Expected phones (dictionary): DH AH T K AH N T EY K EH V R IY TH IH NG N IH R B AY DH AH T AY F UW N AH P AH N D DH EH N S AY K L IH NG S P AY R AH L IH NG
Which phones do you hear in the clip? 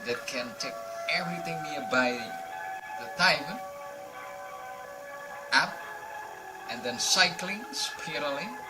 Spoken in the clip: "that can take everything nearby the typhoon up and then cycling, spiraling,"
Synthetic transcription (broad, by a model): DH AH T K AH N T EY K EH V R IY TH IH NG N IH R B AY DH AH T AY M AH AE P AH N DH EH N S AY K L IH NG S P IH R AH L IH